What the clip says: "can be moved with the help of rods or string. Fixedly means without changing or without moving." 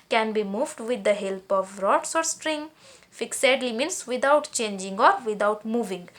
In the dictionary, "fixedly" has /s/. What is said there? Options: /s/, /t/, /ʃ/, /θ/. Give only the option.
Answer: /s/